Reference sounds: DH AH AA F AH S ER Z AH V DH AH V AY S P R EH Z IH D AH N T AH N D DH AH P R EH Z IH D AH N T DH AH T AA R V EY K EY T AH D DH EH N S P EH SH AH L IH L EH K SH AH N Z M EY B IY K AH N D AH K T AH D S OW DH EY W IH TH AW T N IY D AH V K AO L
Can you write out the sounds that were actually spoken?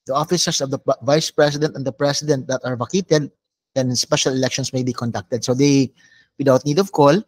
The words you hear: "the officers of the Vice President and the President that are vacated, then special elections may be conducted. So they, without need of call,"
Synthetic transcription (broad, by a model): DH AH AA F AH S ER S AH V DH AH V AY S P R EH S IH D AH N T AH N D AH P R EH S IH D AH N T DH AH T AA R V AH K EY T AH D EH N S P EH SH AH L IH L EH K SH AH N S M EY B IY K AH N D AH K T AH D S OW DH EY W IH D AW T N IY D AH V K AO L